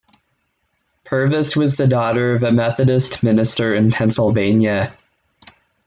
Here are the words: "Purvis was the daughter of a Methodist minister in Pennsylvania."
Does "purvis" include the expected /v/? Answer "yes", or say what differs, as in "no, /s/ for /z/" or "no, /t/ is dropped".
yes